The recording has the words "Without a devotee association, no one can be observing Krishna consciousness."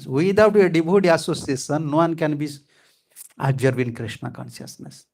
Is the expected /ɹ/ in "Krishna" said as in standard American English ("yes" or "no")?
yes